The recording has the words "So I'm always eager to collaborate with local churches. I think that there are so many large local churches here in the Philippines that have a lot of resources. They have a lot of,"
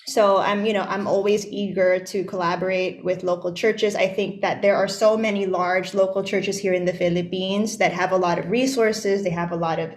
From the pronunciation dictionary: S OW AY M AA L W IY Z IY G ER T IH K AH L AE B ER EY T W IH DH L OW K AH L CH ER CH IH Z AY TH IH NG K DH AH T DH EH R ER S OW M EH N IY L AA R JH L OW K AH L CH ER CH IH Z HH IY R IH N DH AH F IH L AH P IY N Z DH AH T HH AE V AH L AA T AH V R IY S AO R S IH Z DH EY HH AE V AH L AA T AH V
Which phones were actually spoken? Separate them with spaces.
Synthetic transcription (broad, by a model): S OW AY M AA L W IY Z IY G ER T IH K AH L AE B ER EY T W IH DH L OW K L CH ER CH IH Z AY TH IH NG K DH AH T DH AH R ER S OW M EH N IY L AA R JH L OW K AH L CH ER CH IH Z HH IY R IH N DH AH F IH L AH P IY N Z DH AH T HH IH V AH L AA T AH V R IY S AO R S IH Z DH EY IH V AH L AA T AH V